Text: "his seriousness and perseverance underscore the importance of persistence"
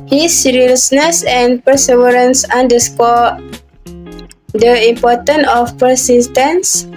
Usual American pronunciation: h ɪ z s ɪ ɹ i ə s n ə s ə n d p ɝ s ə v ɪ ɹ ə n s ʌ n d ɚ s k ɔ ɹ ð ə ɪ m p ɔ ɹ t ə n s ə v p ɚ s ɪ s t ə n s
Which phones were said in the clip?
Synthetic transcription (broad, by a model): h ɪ s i ɹ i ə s n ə s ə n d p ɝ s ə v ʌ ɹ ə n s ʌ n d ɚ s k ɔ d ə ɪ m p ɔ t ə n ə f p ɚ s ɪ s t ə n s